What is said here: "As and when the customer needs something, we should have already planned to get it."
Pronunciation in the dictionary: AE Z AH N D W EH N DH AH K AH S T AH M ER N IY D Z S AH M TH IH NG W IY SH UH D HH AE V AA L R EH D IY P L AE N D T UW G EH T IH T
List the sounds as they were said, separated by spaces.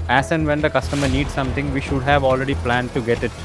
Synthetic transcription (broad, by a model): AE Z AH N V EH N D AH K AH S T AH M ER N IY D S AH M T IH NG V IY SH UH D HH AE V AA L R EH D IY P L AE N D T UW G EH T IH T